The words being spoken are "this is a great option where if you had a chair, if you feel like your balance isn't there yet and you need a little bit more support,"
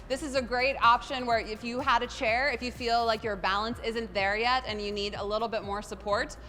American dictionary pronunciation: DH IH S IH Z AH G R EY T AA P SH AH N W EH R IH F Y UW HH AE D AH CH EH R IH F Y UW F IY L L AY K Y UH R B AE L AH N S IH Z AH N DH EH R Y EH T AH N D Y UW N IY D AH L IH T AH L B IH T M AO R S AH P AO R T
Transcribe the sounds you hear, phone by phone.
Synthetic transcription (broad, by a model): DH IH S IH Z AH G R EY T AA P SH AH N W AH R IH F Y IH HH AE D AH CH EH R IH F Y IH F IY L L AY K Y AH R B AE L AH N S IH Z AH N DH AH R Y EH T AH N Y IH N IY D AH L IH T L B IH T M AO R S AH P AO R T